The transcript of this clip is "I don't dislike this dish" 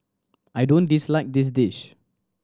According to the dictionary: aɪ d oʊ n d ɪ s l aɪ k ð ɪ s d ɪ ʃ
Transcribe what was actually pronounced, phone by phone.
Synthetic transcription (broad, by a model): aɪ d oʊ n d ɪ s l aɪ k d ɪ s d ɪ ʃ